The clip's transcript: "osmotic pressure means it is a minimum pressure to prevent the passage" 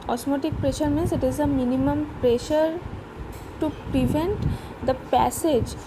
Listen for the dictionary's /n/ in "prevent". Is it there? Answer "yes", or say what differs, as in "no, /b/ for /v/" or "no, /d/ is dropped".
yes